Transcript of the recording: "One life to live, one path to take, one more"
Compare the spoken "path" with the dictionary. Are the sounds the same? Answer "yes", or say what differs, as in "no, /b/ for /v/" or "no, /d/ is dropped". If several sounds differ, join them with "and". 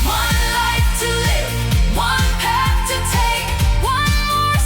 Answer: no, /f/ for /θ/